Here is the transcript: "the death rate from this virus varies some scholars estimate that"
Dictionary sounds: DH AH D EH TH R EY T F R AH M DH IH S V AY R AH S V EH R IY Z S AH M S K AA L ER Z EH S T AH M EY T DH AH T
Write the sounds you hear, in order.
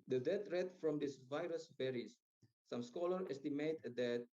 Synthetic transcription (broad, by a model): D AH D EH T R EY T F R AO M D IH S V AY R AH S B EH R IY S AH M S K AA L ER EH S T AH M EY T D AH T